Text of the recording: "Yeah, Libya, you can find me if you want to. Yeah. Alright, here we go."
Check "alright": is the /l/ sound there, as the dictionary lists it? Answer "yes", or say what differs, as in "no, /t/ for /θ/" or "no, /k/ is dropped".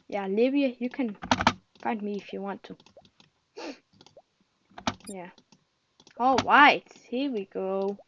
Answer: no, /l/ is dropped